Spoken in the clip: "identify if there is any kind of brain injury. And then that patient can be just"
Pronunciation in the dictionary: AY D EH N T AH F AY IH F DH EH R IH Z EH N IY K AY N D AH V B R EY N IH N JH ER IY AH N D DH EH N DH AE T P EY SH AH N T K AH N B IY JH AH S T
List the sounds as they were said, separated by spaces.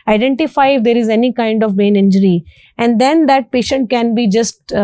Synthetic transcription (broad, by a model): AY D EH N T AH F AY IH F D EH R IH Z EH N IY K AY N D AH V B EY N IH N JH ER IY AH N D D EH N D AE T P EY SH AH N T K AH N B IY JH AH S T